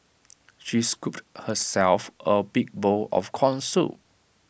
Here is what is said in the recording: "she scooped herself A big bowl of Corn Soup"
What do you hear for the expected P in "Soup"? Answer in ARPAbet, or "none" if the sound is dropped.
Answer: none